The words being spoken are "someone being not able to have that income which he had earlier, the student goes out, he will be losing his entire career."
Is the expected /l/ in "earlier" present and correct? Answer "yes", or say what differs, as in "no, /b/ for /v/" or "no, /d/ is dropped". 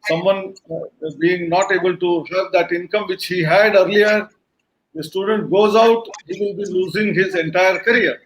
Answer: yes